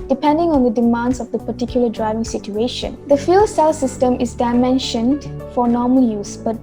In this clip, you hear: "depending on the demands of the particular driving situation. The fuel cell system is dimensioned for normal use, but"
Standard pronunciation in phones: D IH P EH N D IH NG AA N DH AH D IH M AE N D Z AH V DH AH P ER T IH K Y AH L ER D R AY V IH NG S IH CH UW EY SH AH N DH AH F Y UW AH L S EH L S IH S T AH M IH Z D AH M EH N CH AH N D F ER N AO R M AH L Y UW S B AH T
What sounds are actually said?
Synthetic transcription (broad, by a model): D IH P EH N D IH NG AA N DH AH D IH M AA N D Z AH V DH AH P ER T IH K Y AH L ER D R AY V IH NG S IH CH UW EY SH AH N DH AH F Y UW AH L S EH L S IH S T AH M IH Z D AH M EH N SH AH N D F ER N AO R M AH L Y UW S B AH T